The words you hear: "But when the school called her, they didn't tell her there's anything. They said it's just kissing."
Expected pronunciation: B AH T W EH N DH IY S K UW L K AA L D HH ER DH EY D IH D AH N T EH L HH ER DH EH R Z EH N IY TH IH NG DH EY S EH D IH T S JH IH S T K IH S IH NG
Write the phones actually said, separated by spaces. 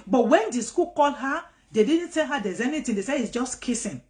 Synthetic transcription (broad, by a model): B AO T W EH N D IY S K UW L K AA L HH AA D EY D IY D N T EH L HH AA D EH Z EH N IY T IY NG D EY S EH IH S JH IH S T K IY S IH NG